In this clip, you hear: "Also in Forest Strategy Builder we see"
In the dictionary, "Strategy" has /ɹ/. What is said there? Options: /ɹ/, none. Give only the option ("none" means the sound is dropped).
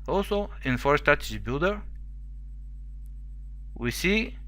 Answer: none